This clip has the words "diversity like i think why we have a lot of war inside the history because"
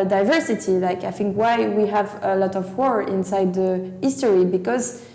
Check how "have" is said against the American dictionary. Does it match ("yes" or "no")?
yes